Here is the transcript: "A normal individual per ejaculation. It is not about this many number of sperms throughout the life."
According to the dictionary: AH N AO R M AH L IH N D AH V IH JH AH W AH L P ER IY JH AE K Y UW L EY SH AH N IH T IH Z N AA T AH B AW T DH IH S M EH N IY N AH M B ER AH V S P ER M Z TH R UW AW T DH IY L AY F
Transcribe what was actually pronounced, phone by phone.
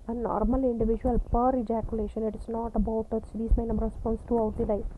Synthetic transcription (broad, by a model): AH N AO R M AH L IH N D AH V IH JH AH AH L P ER IY JH AE K Y UW L EY SH AH N IH T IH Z N AA T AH B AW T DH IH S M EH IY N AH M B ER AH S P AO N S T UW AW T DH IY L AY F